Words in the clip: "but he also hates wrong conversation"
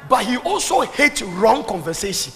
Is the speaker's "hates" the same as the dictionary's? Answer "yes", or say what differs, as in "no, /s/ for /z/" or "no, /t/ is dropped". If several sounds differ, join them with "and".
no, /s/ is dropped